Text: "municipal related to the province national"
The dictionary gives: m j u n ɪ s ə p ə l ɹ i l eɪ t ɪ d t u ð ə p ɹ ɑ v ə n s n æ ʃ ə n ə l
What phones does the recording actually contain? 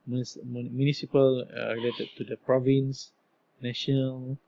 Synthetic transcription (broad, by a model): m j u n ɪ s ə p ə l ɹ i l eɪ t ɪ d t u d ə p ɹ ɑ v ə n s n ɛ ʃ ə n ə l